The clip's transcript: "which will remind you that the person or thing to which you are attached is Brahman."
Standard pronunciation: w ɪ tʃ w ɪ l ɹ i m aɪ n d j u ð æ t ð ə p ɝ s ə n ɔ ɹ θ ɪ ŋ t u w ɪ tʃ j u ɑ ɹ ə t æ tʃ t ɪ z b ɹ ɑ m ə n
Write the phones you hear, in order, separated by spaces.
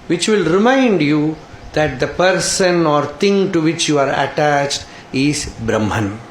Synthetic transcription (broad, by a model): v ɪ tʃ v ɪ l ɹ i m aɪ n d j u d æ t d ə p ɝ s ə n ɔ ɹ t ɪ ŋ t u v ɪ tʃ j u ɑ ɹ ə t æ tʃ t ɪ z b ɹ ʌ m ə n